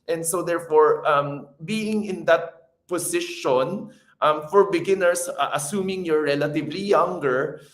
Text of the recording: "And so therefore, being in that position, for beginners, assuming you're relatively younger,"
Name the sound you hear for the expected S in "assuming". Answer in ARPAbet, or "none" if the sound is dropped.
S